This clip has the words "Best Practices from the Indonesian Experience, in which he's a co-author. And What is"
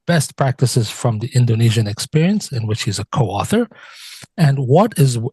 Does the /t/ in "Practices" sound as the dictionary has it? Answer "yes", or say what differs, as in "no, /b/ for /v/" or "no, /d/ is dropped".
yes